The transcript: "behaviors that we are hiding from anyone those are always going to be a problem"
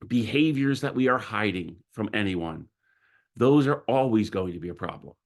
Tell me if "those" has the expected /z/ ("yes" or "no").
yes